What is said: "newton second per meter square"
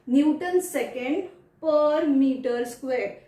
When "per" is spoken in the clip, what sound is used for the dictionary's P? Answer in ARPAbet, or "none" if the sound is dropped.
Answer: P